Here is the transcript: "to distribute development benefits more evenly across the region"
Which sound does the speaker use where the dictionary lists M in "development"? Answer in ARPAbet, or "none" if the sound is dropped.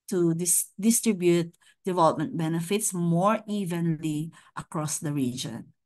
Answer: M